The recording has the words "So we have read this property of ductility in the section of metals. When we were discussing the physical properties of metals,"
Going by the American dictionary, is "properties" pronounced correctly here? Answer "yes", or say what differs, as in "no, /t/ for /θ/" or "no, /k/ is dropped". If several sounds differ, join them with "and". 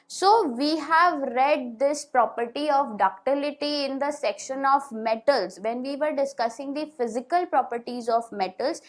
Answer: yes